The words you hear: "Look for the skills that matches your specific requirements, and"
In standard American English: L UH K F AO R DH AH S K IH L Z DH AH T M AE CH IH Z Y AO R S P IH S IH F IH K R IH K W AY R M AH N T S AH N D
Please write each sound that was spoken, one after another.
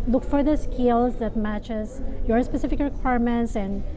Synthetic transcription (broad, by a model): L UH K F AO R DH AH S K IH L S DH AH T M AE CH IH S Y AO R S P IH S IH F IH K R IH K W AY R M AH N T S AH N D